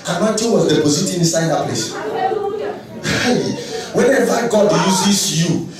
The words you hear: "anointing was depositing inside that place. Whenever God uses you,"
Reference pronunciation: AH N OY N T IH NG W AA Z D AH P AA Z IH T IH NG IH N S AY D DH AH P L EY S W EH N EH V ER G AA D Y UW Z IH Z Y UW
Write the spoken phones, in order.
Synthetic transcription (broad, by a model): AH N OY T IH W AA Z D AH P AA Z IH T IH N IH S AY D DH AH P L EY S W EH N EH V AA G AA D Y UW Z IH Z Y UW